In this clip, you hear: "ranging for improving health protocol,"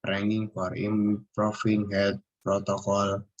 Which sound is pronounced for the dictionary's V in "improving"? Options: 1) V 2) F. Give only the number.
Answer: 2